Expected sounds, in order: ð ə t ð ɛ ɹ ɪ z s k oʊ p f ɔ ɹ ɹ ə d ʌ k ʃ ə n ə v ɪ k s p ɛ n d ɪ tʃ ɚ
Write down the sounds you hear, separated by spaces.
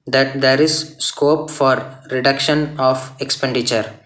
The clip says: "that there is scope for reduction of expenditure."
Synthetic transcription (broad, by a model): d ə t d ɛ ɹ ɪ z s k oʊ p f ɔ ɹ ɹ ə d ʌ k ʃ ə n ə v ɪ k s p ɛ n d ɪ tʃ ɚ